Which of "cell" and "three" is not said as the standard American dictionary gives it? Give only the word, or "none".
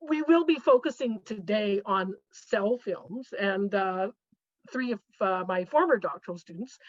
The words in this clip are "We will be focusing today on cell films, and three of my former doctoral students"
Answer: none